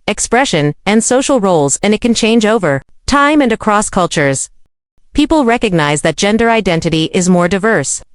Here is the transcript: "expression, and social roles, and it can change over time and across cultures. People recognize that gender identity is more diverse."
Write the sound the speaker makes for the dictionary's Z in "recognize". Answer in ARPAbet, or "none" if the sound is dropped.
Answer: Z